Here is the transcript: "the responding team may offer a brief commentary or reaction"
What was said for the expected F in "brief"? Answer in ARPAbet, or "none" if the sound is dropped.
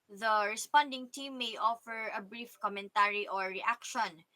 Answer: F